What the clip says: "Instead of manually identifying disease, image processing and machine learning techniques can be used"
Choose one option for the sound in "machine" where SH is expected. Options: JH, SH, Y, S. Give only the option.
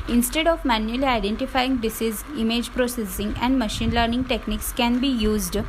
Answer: SH